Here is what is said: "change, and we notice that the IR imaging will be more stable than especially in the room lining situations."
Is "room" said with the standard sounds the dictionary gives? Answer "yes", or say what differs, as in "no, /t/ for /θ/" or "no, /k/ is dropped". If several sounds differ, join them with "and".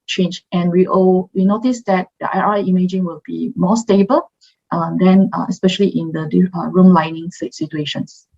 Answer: yes